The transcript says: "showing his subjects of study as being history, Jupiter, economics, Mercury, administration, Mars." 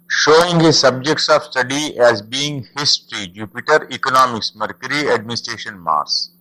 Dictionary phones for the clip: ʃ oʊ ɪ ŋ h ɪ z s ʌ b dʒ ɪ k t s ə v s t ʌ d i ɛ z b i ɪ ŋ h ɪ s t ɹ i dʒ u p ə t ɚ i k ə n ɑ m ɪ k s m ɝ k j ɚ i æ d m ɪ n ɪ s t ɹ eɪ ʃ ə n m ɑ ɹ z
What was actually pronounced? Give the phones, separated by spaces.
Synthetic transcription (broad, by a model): ʃ oʊ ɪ ŋ h ɪ z s ʌ b dʒ ɪ k t s ə v s t ʌ d i ɛ z b i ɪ ŋ h ɪ s t ɹ i dʒ u p ə t ɚ i k ə n ɑ m ɪ k s m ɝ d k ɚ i æ d m ɪ n ɪ s t ɹ eɪ ʃ ə n m ɑ ɹ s